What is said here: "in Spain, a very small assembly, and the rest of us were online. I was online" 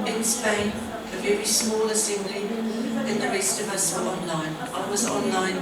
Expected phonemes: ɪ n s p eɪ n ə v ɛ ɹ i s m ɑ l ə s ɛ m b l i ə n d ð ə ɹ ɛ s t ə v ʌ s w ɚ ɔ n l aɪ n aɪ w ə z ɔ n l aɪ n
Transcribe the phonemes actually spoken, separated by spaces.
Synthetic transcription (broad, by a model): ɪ n s p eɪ n ə v ɛ ɹ i s m ɑ l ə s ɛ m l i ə n ð ə ɹ ɛ s t ə v ʌ s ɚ ɔ n l aɪ n aɪ w ə z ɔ n l aɪ n